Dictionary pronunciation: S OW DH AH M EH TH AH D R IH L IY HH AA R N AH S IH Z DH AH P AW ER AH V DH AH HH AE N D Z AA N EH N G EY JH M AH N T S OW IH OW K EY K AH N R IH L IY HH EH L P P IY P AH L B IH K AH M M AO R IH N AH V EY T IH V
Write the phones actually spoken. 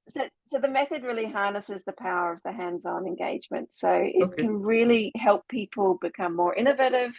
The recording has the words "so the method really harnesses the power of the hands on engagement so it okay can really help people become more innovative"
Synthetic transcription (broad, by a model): S OW DH AH M EH TH AH D R IH L IY HH AA R N AH S IH Z DH AH P AW ER AH V DH AH HH AE N D Z N EH N G EY JH M AH N T S OW IH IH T K AH N R IH L IY HH EH L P P IY P L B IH K AH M M AO R IH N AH V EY T IH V